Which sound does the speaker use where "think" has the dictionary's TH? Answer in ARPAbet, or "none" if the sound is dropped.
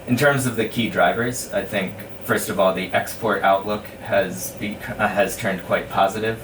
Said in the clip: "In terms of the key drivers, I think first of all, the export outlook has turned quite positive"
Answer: TH